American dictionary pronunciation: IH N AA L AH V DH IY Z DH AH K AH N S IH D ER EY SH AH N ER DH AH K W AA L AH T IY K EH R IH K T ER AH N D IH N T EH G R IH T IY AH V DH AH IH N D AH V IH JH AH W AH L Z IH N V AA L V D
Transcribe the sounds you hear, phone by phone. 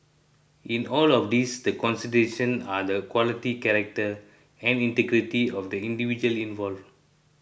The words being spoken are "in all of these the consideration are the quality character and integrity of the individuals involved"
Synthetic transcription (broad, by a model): IH N AA L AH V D IY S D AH K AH N S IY D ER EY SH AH N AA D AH K W AA L AH T IY K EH R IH K T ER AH N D IH N T EH G R IH T IY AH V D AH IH N D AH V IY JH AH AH L IH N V AA L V